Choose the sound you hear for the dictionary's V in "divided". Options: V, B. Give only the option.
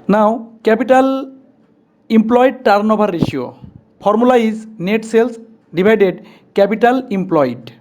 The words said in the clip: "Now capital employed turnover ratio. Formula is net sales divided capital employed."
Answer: B